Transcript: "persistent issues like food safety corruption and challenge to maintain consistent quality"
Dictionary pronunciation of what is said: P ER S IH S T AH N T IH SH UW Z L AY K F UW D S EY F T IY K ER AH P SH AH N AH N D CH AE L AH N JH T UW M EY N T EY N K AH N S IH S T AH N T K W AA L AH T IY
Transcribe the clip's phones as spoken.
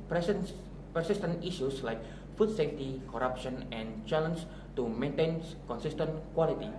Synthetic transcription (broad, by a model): P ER S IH S T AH N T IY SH UW S L AY K F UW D S EY F T IY K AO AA P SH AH N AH N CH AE L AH N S T UW M EY N T EY N K AH N S IH S T AH N T K W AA L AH T IY